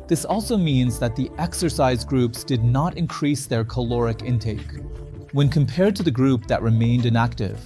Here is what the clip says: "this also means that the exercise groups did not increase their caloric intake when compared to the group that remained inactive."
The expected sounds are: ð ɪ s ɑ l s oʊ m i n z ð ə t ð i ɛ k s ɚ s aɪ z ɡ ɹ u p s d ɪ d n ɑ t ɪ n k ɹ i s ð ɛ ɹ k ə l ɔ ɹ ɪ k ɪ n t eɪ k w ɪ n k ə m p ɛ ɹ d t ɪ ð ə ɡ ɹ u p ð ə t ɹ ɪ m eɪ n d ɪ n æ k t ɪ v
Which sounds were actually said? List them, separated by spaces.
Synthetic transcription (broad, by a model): ð ɪ s ɑ l s oʊ m i n z ð ə t ð i ɛ k s ɚ s aɪ z ɡ ɹ u p s d ɪ d n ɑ t ɪ n k ɹ i s ð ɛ ɹ k ə l ɔ ɹ ɪ k ɪ n t eɪ k w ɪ n k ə m p ɛ ɹ d t ɪ ð ə ɡ ɹ u p ð ə t ɹ ɪ m eɪ n d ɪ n æ k t ɪ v